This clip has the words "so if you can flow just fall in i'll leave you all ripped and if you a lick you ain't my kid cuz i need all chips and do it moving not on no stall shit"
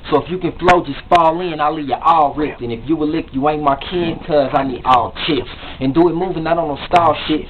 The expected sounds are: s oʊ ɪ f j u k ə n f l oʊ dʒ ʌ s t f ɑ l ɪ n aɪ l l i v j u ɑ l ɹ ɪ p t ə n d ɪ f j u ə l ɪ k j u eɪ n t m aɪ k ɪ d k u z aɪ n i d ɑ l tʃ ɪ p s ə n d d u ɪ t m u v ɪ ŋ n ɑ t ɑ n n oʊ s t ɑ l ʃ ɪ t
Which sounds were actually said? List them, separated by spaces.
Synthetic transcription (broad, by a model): s oʊ ɪ f j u k ə n f l oʊ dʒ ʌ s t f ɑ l ɪ n aɪ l l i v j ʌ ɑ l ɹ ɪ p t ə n ɪ f j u ə l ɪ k j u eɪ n m aɪ k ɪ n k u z aɪ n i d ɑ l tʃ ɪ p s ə n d d u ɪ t m u v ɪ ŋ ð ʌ t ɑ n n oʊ s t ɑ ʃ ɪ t